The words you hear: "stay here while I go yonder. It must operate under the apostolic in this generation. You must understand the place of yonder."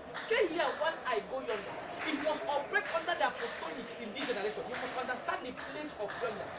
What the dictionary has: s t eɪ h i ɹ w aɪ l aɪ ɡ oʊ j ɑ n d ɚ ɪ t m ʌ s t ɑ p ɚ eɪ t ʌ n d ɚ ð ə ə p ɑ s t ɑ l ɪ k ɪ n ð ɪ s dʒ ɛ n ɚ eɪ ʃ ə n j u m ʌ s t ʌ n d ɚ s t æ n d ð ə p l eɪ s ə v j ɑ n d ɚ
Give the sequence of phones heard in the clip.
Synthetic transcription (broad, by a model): s t eɪ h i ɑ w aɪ n aɪ ɡ oʊ j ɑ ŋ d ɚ ɪ t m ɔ s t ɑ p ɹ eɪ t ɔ n d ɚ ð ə ə p ɑ s t ɑ l ɪ k ɪ n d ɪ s dʒ ɛ n ɚ eɪ ʃ ə n j u m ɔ s t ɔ n d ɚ s t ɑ n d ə p l eɪ s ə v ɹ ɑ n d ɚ